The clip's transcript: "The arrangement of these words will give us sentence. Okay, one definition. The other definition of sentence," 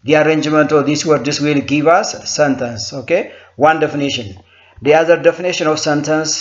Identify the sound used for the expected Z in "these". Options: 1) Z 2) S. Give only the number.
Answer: 2